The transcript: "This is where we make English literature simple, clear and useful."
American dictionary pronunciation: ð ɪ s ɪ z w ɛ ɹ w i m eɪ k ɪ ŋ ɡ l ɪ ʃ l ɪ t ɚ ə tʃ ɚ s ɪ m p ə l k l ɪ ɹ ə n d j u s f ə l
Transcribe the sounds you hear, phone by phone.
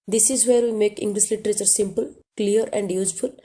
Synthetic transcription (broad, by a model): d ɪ s ɪ z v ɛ ɹ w i m eɪ k ɪ ŋ ɡ l ɪ ʃ l ɪ t ɚ ə tʃ ɚ s ɪ m p ə l k l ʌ ɹ ə n d j u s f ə l